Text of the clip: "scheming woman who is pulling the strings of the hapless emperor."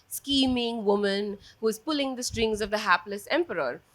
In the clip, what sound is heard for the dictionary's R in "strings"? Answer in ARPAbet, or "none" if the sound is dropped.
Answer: R